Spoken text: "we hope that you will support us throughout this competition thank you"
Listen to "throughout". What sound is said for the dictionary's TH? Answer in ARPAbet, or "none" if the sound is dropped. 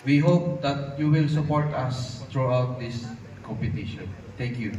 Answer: T